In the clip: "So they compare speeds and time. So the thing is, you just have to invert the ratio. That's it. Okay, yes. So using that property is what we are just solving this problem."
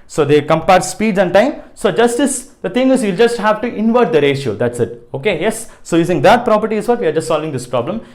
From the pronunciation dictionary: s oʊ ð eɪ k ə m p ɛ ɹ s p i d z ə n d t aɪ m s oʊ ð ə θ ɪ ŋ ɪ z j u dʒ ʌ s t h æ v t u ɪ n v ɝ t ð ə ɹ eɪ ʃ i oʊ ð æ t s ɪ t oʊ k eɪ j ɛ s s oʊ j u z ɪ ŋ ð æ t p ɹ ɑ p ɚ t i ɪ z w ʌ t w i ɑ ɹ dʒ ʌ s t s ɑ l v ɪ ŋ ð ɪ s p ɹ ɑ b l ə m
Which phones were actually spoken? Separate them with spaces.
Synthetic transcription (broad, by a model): s oʊ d eɪ k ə m p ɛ ɹ s p i d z ə n d t aɪ m s oʊ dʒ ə s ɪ ŋ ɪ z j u dʒ ʌ s t h æ v t u ɪ n v ɝ t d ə ɹ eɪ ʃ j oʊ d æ t s ɪ t oʊ k eɪ j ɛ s s oʊ j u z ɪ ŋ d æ t p ɹ ɑ p ɚ t i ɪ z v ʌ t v i ɑ ɹ dʒ ʌ s t s ɑ l v ɪ ŋ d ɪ s p ɹ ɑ b l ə m